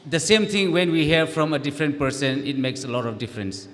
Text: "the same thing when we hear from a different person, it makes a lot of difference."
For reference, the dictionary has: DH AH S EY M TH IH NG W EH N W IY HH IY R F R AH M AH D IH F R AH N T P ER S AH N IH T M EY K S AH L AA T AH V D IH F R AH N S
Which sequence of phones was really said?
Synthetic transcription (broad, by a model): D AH S EY M T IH NG W EH N W IY HH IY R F R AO M AH D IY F R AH N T P ER S AH N IH T M EY K S AH L AA T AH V D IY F R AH N S